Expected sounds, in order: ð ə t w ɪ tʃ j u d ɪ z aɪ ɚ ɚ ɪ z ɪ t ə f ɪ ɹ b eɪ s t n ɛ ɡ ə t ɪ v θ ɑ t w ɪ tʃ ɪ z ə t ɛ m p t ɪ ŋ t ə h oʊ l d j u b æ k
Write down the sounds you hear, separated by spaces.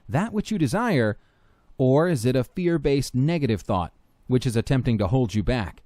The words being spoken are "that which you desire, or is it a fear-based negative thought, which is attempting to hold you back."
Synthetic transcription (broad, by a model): ð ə t w ɪ tʃ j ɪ d ɪ z aɪ ɚ ɚ ɪ z ɪ t ə f ɪ ɹ b eɪ s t n ɛ ɡ ə t ɪ v θ ɑ t w ɪ tʃ ɪ z ə t ɛ m p t ɪ ŋ t ə h oʊ l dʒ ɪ b æ k